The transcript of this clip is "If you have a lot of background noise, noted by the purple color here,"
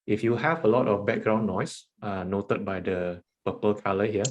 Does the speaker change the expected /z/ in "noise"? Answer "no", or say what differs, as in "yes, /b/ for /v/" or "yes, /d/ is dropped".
yes, /s/ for /z/